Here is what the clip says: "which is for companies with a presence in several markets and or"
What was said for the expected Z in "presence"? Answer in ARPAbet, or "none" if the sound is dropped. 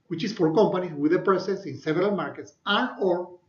S